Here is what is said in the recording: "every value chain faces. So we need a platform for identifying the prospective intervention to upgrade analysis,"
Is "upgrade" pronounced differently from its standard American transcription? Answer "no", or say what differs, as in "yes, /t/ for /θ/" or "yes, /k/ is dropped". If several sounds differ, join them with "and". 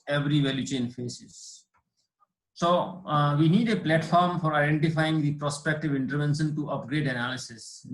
no